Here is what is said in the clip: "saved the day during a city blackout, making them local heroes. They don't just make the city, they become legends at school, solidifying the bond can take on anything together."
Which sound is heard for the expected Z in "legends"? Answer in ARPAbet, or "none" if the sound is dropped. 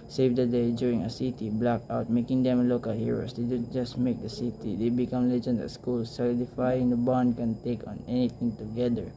none